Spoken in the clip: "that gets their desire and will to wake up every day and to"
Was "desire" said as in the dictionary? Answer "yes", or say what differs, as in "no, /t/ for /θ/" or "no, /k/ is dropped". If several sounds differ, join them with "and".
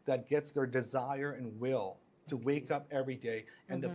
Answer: yes